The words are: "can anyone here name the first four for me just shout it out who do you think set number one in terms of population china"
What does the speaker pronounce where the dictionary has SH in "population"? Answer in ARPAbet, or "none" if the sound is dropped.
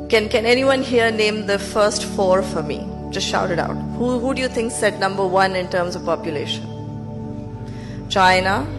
SH